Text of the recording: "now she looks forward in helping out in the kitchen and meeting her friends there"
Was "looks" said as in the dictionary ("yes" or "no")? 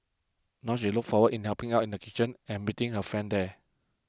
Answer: no